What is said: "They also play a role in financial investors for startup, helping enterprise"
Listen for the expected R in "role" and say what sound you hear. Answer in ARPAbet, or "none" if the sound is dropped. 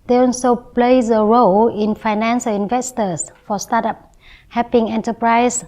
R